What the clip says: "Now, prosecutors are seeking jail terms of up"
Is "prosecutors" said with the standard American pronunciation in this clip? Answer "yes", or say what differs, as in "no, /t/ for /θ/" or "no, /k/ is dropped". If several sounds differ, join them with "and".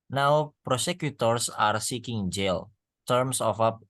no, /s/ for /z/